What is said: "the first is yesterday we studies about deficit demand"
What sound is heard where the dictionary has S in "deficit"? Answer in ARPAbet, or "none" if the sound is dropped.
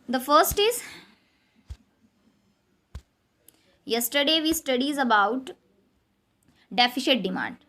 SH